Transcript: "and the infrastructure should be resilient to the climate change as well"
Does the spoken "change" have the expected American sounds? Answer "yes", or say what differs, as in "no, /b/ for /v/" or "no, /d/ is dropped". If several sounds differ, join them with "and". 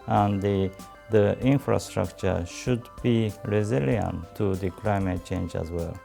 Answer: yes